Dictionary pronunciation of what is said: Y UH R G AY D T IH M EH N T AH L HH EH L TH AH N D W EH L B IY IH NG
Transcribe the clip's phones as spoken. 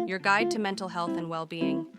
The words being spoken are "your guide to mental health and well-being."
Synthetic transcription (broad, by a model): Y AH R G AY D T IH M EH N T L HH EH L TH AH N W EH L B IY IH NG